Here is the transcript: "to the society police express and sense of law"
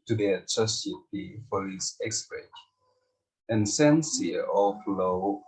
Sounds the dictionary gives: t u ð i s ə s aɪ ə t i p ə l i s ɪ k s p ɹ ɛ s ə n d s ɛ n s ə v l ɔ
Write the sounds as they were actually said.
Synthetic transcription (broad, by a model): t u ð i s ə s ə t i f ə i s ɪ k s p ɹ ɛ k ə n s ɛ n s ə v l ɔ